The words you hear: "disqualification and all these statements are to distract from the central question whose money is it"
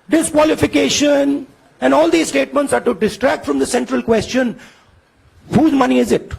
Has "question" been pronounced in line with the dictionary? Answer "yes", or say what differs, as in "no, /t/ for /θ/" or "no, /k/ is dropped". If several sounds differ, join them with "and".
yes